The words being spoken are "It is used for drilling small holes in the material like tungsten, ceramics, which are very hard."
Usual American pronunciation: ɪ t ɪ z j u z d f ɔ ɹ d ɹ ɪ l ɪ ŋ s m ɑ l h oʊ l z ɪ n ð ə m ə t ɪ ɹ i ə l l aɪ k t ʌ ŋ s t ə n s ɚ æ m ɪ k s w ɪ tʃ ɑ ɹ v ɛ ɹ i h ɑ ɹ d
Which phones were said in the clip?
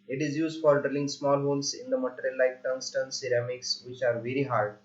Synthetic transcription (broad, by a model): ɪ t ɪ z j u z d f ɔ ɹ d ɹ ɪ l ɪ ŋ s m ɑ l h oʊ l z ɪ n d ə m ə t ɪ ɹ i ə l l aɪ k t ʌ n s t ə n s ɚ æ m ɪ k s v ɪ tʃ ɑ ɹ v ɛ ɹ i h ɑ ɹ d